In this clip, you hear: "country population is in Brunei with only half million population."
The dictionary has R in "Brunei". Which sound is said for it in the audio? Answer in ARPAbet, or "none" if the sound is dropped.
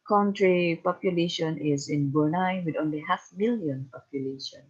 none